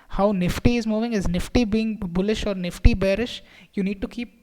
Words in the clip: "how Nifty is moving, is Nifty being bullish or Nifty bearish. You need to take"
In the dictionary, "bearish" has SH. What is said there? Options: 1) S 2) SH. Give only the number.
2